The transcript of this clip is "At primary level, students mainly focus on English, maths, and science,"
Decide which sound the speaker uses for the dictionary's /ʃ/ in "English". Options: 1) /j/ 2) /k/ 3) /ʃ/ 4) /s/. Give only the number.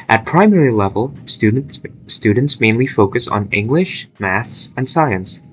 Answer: 3